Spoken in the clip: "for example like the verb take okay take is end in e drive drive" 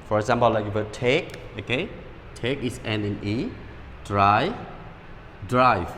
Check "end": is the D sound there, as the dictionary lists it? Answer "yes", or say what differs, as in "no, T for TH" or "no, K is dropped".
no, D is dropped